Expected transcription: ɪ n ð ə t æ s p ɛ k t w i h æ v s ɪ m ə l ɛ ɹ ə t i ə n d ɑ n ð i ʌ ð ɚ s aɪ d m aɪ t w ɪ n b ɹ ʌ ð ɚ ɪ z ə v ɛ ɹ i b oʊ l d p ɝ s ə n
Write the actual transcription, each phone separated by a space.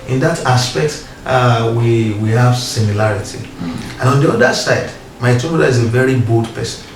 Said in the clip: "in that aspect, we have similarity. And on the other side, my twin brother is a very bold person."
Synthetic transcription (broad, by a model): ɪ n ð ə t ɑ s p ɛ k t w i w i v s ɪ m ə l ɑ ɹ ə t i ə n ɑ n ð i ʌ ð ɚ s aɪ d m aɪ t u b ʌ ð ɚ ɪ z ə v ɛ ɹ i b oʊ l d p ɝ s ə n